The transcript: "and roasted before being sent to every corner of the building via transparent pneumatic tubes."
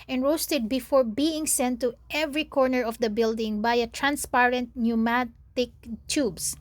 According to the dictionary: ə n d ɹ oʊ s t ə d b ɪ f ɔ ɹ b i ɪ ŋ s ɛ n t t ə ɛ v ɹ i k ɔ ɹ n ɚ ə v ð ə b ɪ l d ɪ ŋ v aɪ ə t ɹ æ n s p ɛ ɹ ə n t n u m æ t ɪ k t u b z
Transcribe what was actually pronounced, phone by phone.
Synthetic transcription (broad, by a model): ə n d ɹ oʊ s t ə d b ɪ f ɔ ɹ b i ɪ ŋ s ɛ n t t ɛ v ɹ i k ɔ ɹ n ɚ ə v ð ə b ɪ l d ɪ ŋ b aɪ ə t ɹ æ n s p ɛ ɹ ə n t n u m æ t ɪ k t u b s